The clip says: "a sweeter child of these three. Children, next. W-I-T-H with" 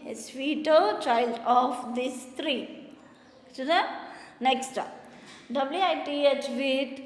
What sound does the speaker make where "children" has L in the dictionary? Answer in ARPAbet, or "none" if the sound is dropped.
none